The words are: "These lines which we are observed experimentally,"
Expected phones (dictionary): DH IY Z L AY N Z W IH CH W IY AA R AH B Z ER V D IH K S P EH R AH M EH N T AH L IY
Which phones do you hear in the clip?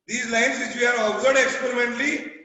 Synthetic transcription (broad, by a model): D IY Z L AY N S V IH CH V IY AA R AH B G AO D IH K S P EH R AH M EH N T L IY